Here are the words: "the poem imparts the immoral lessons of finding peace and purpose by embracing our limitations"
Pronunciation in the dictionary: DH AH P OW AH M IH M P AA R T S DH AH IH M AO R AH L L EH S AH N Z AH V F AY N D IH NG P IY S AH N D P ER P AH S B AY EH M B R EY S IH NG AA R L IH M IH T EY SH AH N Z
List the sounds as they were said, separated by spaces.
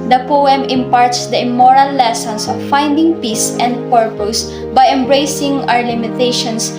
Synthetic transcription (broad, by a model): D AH P OW AH M IH M P AA R T S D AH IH M AO R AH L L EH S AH N S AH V F AY N D IH NG P IY S AH N D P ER P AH S B AY EH M B R EY S IH NG AA R L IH M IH T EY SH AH N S